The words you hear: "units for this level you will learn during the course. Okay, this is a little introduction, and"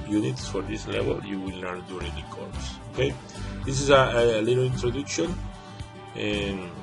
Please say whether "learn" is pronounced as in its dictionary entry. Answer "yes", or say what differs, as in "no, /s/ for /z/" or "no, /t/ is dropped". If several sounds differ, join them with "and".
no, /n/ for /l/